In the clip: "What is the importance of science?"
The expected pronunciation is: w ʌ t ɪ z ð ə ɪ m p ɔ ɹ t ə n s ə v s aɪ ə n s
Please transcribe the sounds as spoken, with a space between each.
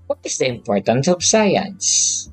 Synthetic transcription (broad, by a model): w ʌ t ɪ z ð ə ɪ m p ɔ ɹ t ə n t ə p s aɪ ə n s